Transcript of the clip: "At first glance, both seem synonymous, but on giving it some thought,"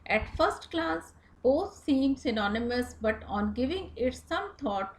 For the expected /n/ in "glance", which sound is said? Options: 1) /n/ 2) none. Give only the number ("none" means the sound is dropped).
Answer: 2